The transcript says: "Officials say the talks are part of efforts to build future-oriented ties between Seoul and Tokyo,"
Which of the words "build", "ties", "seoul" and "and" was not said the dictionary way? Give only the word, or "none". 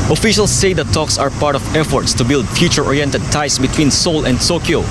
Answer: ties